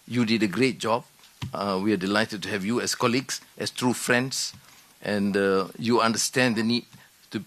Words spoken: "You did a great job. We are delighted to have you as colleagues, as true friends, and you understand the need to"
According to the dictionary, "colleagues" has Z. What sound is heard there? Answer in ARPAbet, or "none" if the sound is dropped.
S